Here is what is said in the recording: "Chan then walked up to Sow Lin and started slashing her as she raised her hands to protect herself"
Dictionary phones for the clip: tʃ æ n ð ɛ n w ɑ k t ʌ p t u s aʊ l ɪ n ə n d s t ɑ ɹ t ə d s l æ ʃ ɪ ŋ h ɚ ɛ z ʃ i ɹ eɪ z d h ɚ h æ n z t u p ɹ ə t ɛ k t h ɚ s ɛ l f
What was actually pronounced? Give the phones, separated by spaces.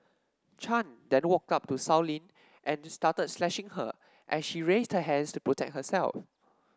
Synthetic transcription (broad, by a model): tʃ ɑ n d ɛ n w ɑ k t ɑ p t u s aʊ l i n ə n s t ɑ t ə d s l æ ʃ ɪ ŋ h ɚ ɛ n ʃ i ɹ eɪ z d h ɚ h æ n s t u p ɹ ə t ɛ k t h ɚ s ɛ l f